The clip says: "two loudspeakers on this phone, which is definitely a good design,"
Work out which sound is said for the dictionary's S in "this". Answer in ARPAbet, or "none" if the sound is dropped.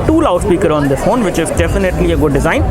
none